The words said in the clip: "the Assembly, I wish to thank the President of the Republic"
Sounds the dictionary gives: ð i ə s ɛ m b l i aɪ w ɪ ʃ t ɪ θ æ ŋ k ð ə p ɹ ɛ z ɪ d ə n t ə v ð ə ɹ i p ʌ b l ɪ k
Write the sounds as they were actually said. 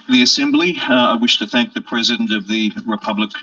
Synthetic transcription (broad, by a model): ð i ə s ɛ m b l i aɪ w ɪ ʃ t ɪ θ æ ŋ k ð ə p ɹ ɛ z ɪ d ə n t ə v ð ə ɹ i p ʌ b l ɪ k